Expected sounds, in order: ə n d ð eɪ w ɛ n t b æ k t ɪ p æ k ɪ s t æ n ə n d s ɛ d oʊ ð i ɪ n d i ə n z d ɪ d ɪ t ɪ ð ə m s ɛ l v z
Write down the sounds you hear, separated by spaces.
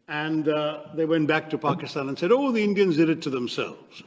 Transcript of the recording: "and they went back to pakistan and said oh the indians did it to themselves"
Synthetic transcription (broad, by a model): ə n ð eɪ w ɛ n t b æ k t ɪ p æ k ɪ s t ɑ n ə n s ɛ d oʊ ð i ɪ n d i ə n z d ɪ d ɪ t ɪ ð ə m s ɛ l v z